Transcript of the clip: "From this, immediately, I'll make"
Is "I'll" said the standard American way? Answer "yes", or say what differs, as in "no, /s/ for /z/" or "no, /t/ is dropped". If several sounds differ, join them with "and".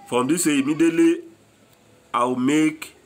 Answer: no, /w/ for /l/